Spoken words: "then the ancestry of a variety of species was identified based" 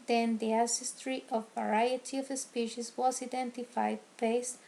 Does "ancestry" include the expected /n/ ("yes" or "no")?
no